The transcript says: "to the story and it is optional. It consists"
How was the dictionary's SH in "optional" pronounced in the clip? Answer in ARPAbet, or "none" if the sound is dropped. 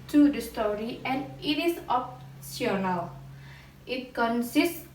S